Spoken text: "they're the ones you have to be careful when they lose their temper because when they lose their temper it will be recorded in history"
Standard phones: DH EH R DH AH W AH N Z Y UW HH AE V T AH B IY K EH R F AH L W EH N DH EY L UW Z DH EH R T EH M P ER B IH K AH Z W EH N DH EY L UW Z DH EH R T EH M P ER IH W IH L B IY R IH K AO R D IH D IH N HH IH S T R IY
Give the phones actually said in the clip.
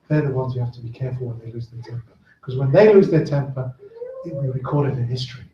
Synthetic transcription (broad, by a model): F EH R DH AH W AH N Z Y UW HH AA F T AH B IY K EH R F AH L W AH N DH EY L UW Z DH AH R T EH M P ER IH K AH Z W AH N DH EY L UW Z DH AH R T EH M P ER IH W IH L B IY K AO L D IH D IH N HH IH S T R IY